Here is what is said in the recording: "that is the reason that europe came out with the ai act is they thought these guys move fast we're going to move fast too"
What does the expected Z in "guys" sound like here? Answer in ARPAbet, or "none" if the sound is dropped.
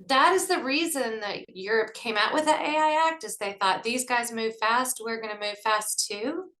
Z